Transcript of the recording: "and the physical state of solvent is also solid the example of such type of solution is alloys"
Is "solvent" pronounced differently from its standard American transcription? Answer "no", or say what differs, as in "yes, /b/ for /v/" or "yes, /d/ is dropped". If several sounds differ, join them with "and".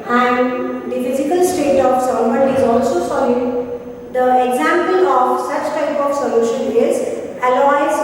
yes, /l/ is dropped